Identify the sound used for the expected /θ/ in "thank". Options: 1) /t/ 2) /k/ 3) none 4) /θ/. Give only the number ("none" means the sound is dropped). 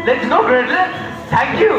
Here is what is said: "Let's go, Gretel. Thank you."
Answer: 1